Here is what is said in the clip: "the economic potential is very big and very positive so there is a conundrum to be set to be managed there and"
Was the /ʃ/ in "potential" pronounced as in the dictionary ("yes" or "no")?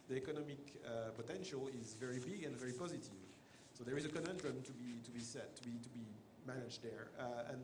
yes